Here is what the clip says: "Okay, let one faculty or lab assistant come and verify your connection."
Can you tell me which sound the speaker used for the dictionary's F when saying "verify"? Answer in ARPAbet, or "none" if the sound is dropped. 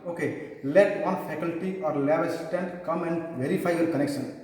P